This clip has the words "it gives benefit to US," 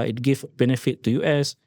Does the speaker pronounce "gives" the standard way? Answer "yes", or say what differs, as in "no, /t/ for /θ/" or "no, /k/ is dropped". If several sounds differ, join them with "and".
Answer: no, /z/ is dropped